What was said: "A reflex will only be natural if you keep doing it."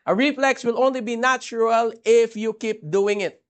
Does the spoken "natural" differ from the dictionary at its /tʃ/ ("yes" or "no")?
no